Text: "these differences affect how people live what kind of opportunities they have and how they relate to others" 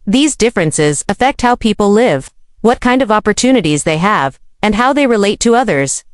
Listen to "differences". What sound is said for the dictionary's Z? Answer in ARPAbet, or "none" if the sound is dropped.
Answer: Z